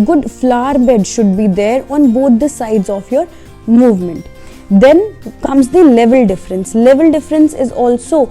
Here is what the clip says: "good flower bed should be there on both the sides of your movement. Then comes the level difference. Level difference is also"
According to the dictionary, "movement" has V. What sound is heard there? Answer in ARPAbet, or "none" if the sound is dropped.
V